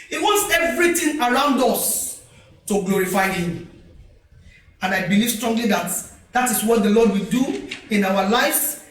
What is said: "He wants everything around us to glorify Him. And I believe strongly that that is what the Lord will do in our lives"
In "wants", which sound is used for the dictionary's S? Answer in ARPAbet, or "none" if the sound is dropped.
S